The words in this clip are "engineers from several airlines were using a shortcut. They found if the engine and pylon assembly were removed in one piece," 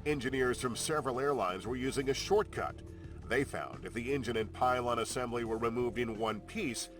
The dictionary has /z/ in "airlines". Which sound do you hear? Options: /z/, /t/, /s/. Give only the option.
/z/